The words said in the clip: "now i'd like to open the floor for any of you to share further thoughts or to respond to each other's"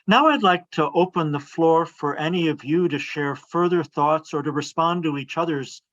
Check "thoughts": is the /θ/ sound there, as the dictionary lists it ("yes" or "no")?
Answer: yes